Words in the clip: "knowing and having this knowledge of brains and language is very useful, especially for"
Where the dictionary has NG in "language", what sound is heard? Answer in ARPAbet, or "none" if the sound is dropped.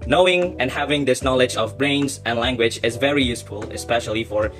NG